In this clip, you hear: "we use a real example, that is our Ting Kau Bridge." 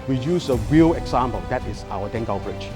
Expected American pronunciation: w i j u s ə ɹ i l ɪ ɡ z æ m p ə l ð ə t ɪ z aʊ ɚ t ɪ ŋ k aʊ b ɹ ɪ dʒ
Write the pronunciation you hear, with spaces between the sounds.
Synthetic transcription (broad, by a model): w i j u s ə ɹ i l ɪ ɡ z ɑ m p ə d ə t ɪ s aʊ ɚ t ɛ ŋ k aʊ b ɹ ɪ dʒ